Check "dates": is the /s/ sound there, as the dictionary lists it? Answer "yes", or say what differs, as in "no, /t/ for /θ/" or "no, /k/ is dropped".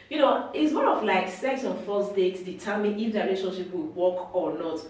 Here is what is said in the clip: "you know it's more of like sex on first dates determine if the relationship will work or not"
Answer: no, /s/ is dropped